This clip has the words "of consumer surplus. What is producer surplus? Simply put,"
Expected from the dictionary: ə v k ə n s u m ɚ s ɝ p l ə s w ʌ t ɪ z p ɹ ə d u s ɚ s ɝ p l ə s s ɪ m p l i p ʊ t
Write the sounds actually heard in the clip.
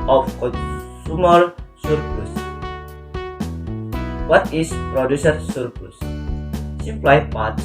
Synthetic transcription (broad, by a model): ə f k ə n s u m ɚ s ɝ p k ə s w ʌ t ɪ s p ɹ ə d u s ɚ s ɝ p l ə s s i p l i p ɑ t